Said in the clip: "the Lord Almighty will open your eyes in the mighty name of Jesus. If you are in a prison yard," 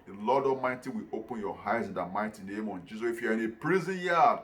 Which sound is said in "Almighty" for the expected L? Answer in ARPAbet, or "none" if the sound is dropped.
none